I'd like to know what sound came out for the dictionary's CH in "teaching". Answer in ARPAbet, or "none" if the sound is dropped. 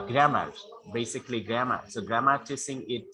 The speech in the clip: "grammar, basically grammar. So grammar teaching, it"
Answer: S